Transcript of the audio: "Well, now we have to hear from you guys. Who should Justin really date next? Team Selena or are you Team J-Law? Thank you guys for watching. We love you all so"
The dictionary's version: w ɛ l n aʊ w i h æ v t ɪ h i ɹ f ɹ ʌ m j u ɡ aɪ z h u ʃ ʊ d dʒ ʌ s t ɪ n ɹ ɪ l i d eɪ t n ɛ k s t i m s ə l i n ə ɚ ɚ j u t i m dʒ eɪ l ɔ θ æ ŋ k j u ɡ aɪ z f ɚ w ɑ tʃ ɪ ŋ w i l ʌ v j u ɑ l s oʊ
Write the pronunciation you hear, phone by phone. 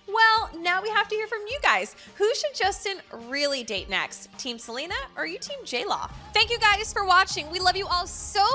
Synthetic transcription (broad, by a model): w ɛ l n aʊ w i h æ f t ɪ h i ɹ f ɹ ʌ m j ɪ ɡ aɪ z h u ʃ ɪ d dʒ ʌ s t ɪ n ɹ ɪ l i d eɪ t n ɛ k s t i m s ə l i n ə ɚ ɚ j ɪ t i m dʒ eɪ l ɔ θ æ ŋ k j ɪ ɡ aɪ z f ɚ w ɑ tʃ ɪ ŋ w i l ʌ v j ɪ ɑ l s oʊ